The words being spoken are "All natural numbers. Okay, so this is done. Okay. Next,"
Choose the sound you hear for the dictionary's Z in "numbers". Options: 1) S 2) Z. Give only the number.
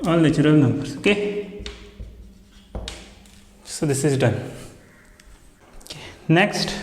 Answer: 1